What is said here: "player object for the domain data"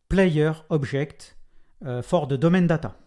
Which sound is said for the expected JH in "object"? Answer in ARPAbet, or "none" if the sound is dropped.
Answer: ZH